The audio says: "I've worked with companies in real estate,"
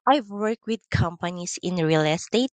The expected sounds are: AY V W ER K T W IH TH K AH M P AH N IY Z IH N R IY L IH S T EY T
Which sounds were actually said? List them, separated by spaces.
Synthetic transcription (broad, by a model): AY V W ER K W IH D K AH M P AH N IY S IH N R IY L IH S T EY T